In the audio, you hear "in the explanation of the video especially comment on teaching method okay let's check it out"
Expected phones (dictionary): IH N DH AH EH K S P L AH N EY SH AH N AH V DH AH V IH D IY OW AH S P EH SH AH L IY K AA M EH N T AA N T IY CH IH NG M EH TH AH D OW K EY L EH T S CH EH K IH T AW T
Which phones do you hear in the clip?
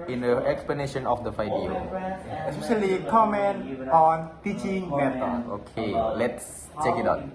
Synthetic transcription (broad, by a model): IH N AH EH K S P L AH N EY SH AH N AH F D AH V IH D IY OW AH S P EH SH AH L IY K AA M EH N T AA N T IY CH IH NG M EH T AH OW K EY L EH T S CH EH K IH T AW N